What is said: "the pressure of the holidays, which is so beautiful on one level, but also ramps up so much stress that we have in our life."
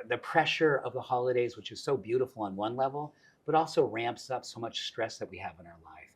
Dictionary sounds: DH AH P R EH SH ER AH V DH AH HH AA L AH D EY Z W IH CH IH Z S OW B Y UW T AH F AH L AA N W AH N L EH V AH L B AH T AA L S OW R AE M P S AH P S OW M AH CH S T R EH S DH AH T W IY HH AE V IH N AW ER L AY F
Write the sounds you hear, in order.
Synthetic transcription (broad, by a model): DH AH P R EH SH ER AH V DH AH HH AA L AH D EY Z W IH CH IH Z S OW B Y UW T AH F L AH N W AH N L EH V L B AH T AA L S OW R AE M P S AH P S OW M AH CH S T R EH S DH AH T W IY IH V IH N AW ER L AY F